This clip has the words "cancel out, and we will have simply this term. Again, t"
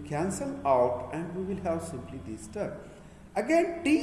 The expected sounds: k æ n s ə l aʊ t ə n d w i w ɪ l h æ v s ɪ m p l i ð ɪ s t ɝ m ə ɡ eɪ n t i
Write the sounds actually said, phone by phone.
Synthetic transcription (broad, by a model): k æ n s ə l aʊ t ə n d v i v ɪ l h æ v s ɪ m p l i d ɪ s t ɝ ə ɡ eɪ n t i